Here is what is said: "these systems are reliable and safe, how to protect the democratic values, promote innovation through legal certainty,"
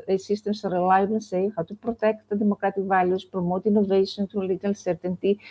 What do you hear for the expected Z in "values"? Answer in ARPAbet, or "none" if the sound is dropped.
S